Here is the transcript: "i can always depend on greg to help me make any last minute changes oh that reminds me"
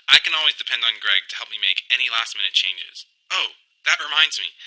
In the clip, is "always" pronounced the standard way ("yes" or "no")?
yes